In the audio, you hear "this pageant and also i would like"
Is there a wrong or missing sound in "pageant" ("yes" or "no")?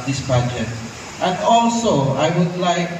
yes